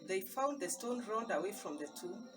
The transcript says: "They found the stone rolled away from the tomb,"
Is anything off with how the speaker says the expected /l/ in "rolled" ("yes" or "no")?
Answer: yes